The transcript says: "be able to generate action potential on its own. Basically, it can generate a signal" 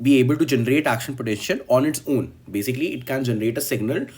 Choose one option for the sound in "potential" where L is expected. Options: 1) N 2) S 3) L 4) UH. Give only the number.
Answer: 1